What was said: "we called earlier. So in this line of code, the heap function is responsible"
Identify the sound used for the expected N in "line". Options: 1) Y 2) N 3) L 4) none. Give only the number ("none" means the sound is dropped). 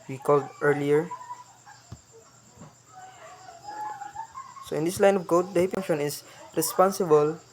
2